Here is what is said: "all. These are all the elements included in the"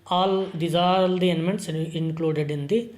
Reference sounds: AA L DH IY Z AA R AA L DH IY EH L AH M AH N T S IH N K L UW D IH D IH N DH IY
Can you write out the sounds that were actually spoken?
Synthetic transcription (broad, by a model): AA L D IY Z AA R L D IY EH N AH M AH N T S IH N K L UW D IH D IH N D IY